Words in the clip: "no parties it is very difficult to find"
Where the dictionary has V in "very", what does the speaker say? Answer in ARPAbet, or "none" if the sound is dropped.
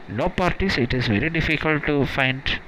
V